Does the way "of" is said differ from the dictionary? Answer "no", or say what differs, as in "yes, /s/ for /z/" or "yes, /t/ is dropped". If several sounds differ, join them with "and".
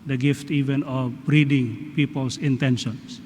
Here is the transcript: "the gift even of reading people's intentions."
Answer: yes, /b/ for /v/